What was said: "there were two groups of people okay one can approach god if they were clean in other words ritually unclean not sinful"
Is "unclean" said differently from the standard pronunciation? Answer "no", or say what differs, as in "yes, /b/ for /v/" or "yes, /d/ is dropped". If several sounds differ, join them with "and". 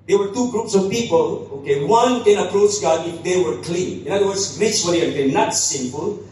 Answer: yes, /l/ is dropped